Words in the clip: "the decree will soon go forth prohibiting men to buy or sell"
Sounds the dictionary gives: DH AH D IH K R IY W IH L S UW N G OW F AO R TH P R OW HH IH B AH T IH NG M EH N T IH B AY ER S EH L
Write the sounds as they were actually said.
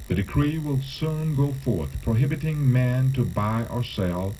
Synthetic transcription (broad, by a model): DH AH D IH K R IY W IH L S UW N G OW F AO R TH P R OW HH IH B AH T IH NG M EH N T IH B AY ER S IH L